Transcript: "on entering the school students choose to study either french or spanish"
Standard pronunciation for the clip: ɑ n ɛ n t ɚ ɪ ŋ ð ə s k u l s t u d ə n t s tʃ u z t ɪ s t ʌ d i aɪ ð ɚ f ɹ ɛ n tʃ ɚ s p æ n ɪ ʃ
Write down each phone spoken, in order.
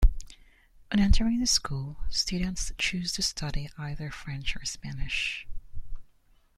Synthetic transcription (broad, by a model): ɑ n ɛ n t ɚ ɪ ŋ ð ə s k u l s t u d n t s tʃ u z t ɪ s t ʌ d i aɪ ð ɚ f ɹ ɛ n tʃ ɚ s p æ n ɪ ʃ